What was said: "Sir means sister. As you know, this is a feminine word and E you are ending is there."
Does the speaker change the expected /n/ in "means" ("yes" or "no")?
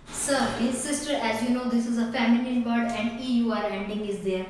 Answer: yes